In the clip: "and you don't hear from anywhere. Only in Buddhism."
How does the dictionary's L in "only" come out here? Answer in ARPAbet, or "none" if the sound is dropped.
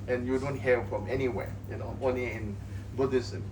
none